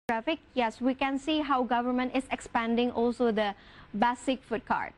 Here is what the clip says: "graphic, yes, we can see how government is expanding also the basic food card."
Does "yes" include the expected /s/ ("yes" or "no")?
yes